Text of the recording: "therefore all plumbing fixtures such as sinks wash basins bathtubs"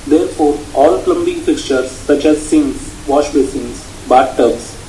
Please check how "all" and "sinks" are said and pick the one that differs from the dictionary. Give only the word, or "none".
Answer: sinks